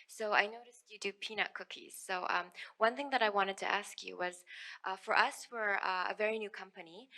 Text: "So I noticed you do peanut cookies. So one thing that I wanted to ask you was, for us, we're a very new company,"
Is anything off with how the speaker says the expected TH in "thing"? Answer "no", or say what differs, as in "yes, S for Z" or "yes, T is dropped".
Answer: no